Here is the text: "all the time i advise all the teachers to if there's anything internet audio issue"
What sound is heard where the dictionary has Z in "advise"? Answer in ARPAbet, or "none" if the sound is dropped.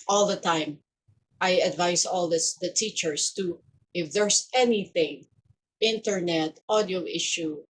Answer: S